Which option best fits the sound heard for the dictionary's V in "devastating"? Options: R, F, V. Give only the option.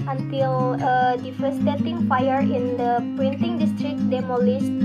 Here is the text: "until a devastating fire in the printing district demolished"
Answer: F